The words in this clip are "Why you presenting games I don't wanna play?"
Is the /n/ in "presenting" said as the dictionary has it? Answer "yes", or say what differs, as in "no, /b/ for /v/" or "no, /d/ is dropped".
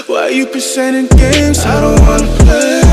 no, /n/ is dropped